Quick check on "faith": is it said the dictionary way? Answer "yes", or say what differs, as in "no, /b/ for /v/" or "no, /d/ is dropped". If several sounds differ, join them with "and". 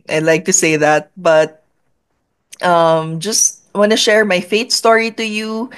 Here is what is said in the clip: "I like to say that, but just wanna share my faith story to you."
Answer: no, /t/ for /θ/